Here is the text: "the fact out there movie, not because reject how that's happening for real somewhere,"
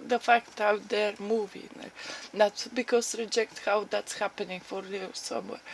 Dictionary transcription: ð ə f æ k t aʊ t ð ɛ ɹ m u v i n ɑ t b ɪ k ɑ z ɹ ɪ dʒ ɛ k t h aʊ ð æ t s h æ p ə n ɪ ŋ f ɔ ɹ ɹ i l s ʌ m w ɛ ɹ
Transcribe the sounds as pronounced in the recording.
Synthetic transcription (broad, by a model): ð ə f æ k t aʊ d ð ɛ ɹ m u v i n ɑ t b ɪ k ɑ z ɹ ɪ dʒ ɛ k t h aʊ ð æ t s h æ p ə n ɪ ŋ f ɔ ɹ l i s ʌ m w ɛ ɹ